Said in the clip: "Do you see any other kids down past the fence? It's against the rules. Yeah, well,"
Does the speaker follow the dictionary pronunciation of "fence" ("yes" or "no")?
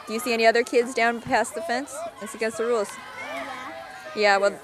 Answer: yes